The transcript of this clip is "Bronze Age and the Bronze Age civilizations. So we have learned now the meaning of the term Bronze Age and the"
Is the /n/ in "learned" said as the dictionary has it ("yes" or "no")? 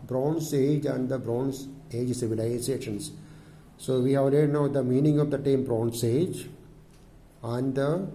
no